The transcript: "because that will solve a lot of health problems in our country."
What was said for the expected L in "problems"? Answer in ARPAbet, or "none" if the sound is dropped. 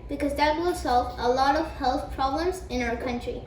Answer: L